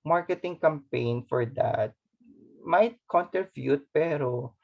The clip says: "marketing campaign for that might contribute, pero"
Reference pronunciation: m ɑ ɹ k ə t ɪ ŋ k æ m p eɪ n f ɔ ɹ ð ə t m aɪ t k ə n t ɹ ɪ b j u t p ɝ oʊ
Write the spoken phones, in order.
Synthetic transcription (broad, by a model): m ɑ ɹ k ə t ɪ ŋ k æ m p eɪ n f ɔ ɹ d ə t m aɪ t k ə n t ɛ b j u t p ɝ oʊ